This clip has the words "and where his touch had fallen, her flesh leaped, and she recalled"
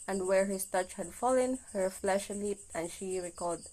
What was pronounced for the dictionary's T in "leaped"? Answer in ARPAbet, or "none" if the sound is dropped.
T